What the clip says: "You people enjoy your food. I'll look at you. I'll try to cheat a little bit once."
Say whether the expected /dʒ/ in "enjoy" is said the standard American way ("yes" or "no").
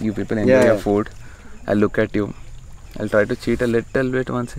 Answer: no